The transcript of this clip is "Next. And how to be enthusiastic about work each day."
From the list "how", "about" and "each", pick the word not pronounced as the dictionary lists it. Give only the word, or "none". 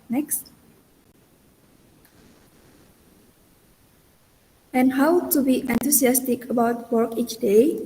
none